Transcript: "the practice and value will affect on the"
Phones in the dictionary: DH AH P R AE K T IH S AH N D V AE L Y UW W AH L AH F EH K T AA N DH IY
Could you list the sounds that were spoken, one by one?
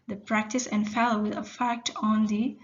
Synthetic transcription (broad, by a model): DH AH P R AE K T IH S AH N D F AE L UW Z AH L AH F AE K T AA N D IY